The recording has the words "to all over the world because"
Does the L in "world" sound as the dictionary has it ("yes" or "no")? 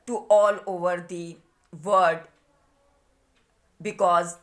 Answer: no